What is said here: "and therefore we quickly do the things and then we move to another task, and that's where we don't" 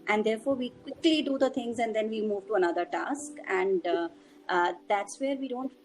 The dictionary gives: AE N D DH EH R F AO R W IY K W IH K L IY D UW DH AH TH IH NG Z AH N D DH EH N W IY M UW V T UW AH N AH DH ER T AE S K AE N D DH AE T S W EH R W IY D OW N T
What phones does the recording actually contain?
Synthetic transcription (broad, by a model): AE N D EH R F AO R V IY K W IH K L IY D UW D AH T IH NG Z AH N D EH N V IY M UW V T UW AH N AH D ER T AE S K AE N D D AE T S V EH R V IY D OW N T